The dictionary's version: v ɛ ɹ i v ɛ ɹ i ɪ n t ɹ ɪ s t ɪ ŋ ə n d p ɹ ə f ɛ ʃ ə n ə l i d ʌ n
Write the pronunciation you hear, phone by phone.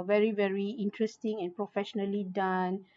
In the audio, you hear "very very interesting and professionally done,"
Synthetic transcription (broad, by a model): v ɛ ɹ i v ɛ ɹ i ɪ n t ɹ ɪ s t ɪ ŋ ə n p ɹ ə f ɛ ʃ ə n ə l i d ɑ n